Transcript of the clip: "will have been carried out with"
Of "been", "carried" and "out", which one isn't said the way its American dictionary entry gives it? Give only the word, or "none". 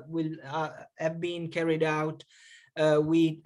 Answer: none